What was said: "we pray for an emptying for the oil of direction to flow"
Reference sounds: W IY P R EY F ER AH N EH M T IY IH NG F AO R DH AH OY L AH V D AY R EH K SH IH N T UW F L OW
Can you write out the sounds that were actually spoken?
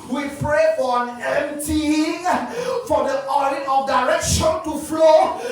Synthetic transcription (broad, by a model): W IY P R EY AH N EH M T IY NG F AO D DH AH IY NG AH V D AY R EH K SH IH N T UW F L OW